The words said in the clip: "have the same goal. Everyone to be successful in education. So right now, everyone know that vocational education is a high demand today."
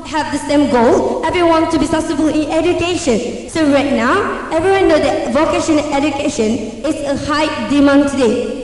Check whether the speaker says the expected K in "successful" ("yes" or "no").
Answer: no